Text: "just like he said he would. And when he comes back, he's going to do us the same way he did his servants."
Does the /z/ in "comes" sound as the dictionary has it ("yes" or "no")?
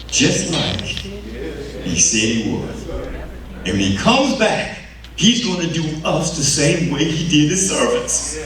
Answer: yes